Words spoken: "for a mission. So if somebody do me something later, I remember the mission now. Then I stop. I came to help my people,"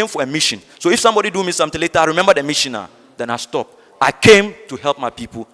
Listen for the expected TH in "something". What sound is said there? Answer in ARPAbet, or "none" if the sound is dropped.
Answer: T